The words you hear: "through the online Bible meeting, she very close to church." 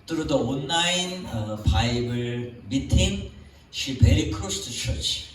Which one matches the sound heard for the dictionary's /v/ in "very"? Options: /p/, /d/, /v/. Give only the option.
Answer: /p/